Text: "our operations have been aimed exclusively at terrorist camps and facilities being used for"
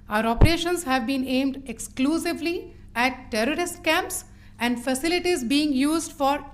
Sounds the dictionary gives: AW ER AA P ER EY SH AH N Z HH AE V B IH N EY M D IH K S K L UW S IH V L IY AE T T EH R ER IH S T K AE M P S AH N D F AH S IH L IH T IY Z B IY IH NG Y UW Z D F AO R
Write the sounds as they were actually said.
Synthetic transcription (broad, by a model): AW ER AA P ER EY SH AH N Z HH AE V B IH N EY M D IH K S K L UW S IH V L IY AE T T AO R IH S T K AE M P S AH N D F AH S IH L IH T IY Z B IY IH NG Y UW Z D F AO R